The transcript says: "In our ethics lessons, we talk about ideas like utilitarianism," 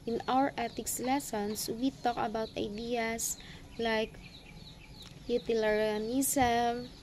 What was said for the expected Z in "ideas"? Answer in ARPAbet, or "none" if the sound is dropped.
S